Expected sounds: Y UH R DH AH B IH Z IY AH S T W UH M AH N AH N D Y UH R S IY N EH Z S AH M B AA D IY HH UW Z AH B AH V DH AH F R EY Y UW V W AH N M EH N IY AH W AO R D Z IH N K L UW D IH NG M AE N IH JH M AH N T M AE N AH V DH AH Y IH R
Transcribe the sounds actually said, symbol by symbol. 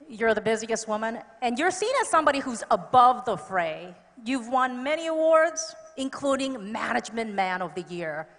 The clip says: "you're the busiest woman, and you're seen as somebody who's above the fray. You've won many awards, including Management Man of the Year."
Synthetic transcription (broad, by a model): Y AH R DH AH B IH Z IY AH S T W UH M AH N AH N Y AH R S IY N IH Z S AH M B AA D IY HH UW Z AH B AH V DH AH F R EY Y UW V W AH N M EH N IY AH W AO R D Z IH N K L UW D IH NG M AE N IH JH M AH N M AE N AH V DH AH Y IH R